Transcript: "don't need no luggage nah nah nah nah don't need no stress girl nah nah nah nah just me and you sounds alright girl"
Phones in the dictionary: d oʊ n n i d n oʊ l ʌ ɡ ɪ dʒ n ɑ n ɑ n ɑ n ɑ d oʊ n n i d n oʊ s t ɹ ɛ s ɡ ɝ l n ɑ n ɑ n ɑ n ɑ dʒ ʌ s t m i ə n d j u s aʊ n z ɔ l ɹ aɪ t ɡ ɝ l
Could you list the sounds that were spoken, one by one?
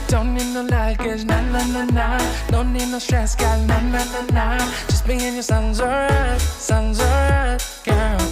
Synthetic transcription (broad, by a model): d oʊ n n i d n oʊ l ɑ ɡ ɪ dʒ n ɑ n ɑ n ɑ n ɑ d oʊ n n i d n oʊ s t ɹ ɛ s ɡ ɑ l n ɑ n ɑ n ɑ n ɑ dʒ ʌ s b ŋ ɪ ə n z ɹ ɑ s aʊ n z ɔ ɹ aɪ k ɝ